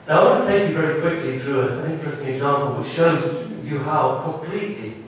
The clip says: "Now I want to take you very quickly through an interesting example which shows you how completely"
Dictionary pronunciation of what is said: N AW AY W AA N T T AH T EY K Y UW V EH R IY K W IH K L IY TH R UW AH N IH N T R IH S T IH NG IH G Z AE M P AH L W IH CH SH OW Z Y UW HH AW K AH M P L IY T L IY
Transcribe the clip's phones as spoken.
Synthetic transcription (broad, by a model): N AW AY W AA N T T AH T EY K Y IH V EH R IY K W IH K L IY TH R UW AH N IH N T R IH S T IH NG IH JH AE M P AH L W IH CH SH OW Z Y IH HH AW K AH M P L IY T L IY